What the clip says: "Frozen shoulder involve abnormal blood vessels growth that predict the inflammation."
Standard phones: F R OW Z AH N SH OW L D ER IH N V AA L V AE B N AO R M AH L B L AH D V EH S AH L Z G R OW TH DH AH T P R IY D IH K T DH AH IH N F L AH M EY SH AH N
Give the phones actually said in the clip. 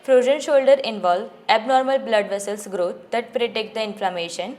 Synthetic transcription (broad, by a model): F R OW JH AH N SH OW L D ER IH N V AA L V AE B N AO R M AH L B L AH D V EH S AH L S G R OW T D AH T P R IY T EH K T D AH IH N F L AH M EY SH AH N